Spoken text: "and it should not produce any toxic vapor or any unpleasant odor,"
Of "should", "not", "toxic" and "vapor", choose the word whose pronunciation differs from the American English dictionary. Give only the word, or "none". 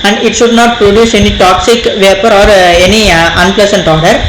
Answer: none